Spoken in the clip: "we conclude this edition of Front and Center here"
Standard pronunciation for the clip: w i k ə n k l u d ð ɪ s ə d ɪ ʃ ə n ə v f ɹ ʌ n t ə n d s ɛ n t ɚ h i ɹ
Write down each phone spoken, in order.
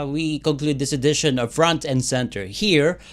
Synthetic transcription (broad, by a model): w i k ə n k l u d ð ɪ s ə d ɪ ʃ ə n ə v f ɹ ʌ n t ə n d s ɛ n t ɚ h i ɹ